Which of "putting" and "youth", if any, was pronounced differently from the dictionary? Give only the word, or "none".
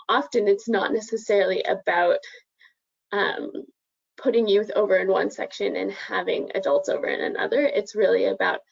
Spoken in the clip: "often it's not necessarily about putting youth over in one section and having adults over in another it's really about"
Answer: none